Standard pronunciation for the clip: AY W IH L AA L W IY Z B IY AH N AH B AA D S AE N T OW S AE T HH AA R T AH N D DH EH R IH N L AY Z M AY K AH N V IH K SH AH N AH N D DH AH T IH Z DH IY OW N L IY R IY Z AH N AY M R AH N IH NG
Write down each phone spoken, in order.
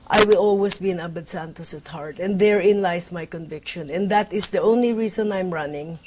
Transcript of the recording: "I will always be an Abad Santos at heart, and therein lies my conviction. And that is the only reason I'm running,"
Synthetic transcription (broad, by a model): AY W IH L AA L W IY S B IY AH N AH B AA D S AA N T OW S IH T HH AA R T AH N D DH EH R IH N L AY S M AY K AH N V IH K SH AH N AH N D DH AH T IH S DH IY OW N L IY R IY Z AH N AY M R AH N IH NG